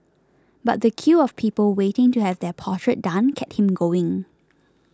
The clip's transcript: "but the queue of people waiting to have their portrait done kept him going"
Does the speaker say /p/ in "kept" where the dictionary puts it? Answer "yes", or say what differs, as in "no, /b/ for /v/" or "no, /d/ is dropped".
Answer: no, /p/ is dropped